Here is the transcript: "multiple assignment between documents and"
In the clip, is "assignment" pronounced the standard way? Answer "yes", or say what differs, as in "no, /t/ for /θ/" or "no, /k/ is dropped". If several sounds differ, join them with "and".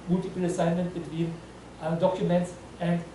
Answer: yes